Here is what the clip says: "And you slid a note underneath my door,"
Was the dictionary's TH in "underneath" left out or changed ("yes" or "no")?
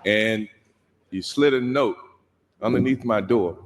no